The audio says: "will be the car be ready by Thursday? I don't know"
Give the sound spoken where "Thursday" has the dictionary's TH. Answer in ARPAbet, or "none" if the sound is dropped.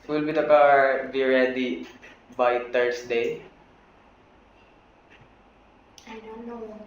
T